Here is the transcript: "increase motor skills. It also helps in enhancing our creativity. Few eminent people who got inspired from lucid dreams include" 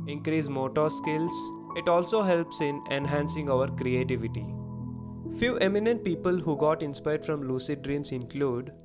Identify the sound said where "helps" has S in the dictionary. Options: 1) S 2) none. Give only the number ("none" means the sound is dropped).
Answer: 1